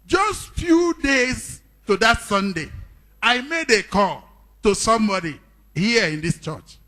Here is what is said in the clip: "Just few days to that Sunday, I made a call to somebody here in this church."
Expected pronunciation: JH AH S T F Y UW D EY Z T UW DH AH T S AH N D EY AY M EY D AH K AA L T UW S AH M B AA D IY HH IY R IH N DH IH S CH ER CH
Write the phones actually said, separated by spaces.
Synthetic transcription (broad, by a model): JH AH S T F Y UW D EY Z T UW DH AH T S AH N D EY AY M EY D AH K AA L T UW S AH M B AA D IY HH IY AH IH N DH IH S CH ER CH